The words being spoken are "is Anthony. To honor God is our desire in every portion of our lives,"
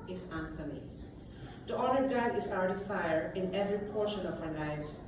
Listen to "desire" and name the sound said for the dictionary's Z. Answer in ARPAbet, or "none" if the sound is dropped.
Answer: S